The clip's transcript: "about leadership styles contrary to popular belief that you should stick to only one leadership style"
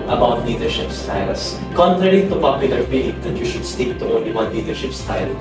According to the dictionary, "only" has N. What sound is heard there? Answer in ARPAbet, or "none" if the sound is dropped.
none